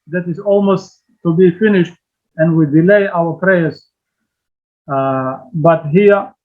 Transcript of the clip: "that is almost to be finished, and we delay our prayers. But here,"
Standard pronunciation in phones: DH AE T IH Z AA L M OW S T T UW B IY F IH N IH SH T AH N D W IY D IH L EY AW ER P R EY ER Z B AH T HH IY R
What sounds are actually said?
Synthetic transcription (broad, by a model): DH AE T IH Z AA L M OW S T T UW B IY F IH N IH SH T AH N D W IY D IH L EY AW ER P R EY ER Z B AH T HH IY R